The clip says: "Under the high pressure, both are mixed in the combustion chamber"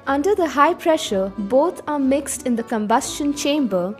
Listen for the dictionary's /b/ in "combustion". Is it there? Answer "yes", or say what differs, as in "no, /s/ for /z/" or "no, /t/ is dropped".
yes